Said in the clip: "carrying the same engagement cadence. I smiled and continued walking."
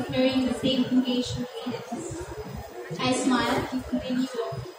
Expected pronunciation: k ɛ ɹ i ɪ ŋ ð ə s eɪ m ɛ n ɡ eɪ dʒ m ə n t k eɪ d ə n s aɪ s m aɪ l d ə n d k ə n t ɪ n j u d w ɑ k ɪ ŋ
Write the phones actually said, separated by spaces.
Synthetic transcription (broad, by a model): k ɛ ɹ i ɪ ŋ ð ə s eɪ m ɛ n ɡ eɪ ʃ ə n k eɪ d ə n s aɪ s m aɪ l ə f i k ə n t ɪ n j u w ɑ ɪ